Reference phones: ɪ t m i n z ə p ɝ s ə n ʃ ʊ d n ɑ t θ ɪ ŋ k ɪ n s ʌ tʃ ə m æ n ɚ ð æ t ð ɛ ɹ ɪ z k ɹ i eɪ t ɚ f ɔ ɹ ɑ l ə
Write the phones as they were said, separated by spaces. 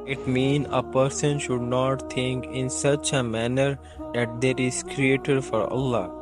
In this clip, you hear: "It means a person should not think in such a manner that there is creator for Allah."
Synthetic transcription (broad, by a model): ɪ t m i n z ə p ɝ s ə n ʃ ʊ d n ɑ t t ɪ ŋ k ɪ n s ʌ tʃ ə m æ n ɚ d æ t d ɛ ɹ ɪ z k ɹ i eɪ t ɚ f ɔ ɹ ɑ l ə